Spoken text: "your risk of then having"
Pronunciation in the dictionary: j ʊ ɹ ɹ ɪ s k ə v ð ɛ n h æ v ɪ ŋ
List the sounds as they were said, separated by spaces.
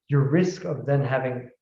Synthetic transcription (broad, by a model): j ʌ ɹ ɹ ɪ s k ə v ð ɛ n h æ v ɪ ŋ